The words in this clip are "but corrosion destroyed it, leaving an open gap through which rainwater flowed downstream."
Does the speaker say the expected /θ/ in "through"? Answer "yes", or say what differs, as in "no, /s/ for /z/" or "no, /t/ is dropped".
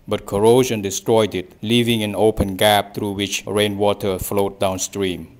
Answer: no, /t/ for /θ/